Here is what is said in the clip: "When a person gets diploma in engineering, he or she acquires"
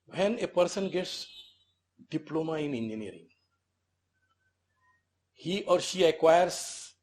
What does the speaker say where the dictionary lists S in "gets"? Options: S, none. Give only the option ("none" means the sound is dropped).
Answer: S